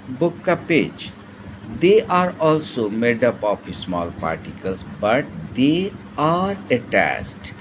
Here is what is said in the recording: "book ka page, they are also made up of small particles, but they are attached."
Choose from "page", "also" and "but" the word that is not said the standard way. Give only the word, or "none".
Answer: none